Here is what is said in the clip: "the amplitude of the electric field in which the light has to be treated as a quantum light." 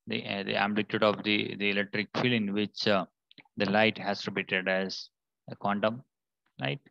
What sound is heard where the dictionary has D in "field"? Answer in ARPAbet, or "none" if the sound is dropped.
none